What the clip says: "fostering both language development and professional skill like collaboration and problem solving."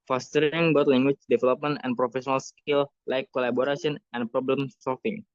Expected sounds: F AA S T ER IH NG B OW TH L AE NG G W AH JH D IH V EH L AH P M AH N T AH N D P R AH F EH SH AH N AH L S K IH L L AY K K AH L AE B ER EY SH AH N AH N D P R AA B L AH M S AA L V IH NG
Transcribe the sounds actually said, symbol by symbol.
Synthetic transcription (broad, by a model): F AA S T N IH NG B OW T L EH NG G W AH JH D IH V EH L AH P M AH N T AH N P R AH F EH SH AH N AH L S K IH L L AY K K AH L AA B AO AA S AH N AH N P R AA B L AH M S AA L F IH NG